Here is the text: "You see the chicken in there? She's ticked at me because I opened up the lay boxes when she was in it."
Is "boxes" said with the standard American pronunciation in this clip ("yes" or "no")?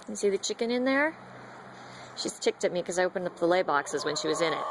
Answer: yes